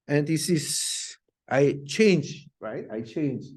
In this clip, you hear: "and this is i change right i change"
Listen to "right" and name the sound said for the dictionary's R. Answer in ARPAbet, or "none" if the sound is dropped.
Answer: R